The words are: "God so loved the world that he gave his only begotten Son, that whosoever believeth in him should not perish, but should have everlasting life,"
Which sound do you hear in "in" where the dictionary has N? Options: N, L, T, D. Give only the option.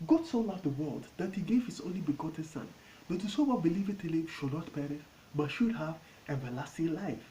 L